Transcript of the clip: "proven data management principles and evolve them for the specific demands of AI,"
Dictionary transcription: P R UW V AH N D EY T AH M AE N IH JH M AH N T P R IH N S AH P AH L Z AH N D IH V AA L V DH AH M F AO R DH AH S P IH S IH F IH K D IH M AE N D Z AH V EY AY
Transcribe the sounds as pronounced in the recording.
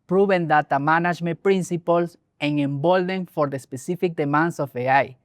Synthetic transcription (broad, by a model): P R UW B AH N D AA T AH M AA N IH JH M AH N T P R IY N S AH P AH L S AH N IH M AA L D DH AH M F AO R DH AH S P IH S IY F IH K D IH M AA N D S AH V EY AY